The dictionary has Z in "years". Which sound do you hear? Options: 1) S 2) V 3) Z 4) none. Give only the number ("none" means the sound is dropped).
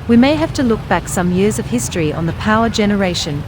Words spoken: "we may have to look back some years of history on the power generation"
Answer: 3